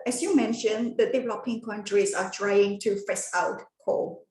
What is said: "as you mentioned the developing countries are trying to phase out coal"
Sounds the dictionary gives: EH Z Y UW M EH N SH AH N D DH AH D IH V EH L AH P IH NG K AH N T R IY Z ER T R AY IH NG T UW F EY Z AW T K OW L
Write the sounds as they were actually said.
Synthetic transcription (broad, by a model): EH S Y UW M EH N SH AH N D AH D IH V EH L AH P IH NG K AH N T R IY S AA T R AY IH NG T UW F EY S AW T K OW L